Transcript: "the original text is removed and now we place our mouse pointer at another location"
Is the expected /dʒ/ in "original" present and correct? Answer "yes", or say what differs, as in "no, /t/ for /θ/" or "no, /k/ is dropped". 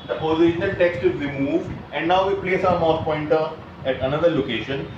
no, /ʃ/ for /dʒ/